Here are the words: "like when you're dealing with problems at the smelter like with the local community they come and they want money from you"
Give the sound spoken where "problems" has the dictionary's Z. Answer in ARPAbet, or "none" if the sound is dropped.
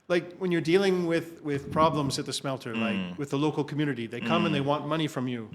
Z